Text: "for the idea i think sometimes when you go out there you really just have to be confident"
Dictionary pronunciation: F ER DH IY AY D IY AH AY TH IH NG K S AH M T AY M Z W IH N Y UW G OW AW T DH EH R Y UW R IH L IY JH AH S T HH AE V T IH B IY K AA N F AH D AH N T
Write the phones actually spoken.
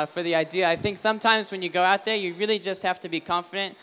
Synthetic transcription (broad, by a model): F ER DH IY AY D IY AH AY TH IH NG K S AH M T AY M Z W IH N Y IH G OW AW T DH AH R Y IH R IH L IY JH AH S T HH AE F T IH B IY K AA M F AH D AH N T